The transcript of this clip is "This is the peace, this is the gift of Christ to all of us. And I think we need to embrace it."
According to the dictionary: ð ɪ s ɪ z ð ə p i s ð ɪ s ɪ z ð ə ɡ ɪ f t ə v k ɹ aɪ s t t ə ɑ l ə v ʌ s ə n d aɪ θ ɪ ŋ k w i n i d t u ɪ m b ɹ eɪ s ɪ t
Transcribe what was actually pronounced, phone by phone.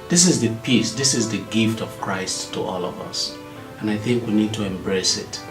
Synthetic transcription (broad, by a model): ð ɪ s ɪ z ð ə p i s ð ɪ s ɪ z ð ə ɡ ɪ f t ə v k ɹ aɪ s t t ɑ l ə v ʌ s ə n aɪ θ ɪ ŋ k w i n i d t u ɪ m b ɹ eɪ s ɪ t